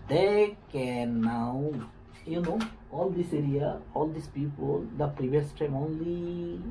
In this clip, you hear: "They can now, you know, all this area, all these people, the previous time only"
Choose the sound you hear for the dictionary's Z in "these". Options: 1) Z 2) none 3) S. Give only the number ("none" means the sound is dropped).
3